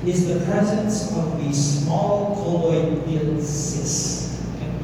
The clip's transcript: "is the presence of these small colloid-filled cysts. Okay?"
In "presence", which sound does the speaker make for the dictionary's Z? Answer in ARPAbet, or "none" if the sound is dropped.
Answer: Z